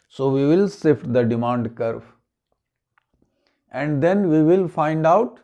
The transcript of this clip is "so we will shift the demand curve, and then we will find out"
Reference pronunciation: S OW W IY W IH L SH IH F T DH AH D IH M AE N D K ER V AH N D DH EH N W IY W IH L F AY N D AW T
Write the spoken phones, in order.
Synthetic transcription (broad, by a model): S OW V IY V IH L S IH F T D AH D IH M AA N D K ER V AH N D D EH N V IY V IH L F AY N D AW T